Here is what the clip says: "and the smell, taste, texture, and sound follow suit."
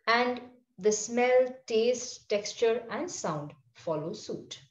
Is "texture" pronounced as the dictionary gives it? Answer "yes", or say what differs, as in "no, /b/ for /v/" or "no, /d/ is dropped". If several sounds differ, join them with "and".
yes